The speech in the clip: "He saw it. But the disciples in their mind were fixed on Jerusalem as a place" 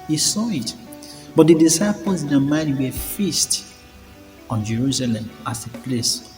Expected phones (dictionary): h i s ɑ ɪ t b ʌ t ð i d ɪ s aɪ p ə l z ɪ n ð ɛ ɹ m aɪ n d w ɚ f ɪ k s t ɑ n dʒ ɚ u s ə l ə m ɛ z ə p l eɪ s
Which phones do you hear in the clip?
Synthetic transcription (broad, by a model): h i s ɑ ɪ t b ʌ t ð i d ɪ s aɪ p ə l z ɪ n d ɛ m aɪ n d w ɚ f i s t ɑ n dʒ ɚ u s ə l ə m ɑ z ə p l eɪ s